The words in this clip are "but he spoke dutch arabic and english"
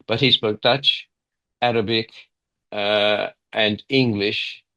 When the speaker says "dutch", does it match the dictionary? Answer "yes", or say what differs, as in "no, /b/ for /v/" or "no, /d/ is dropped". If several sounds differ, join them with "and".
yes